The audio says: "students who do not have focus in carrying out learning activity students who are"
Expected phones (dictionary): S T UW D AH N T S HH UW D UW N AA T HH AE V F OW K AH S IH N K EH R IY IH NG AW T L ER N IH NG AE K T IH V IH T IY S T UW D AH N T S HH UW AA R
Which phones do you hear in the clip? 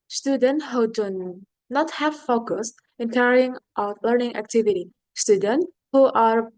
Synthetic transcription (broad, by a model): S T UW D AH N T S HH UW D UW N AA T HH AE V F OW K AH S IH N K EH R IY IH NG AW T L ER N IH NG AE K T IH V IH T IY S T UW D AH N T HH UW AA R